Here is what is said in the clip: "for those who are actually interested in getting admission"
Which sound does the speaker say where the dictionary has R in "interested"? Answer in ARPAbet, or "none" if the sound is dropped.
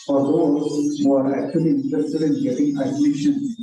none